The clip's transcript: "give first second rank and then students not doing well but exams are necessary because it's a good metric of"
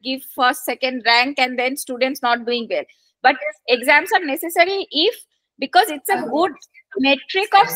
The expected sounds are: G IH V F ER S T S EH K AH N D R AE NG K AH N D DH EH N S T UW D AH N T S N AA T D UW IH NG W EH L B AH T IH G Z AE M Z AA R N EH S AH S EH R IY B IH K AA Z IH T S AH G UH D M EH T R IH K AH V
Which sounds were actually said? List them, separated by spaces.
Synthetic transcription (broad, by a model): G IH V F ER S T S EH K AH N D R AE NG K AH N D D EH N S T UW D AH N T S N AA T D UW IH NG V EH L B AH T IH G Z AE M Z AA R N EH S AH S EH R IY B IH K AA Z IH T S AH G UH D M EH T R IH K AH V